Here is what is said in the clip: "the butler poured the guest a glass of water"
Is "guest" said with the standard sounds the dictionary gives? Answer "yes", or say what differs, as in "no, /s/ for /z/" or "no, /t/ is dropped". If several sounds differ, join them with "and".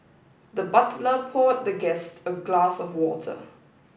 yes